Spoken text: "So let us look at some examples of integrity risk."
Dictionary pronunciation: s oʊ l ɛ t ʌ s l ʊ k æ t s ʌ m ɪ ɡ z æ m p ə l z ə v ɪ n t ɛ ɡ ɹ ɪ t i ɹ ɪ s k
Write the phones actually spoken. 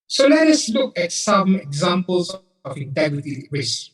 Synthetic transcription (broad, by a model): s oʊ l ɛ t ʌ s l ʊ k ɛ t s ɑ m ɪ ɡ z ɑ m p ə l s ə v ɪ n t ɛ ɡ ɹ ɪ t i ɹ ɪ s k